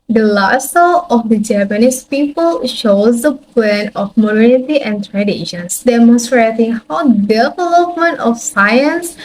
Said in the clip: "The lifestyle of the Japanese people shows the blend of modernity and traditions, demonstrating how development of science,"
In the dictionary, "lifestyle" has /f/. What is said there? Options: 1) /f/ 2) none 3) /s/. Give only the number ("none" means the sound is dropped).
2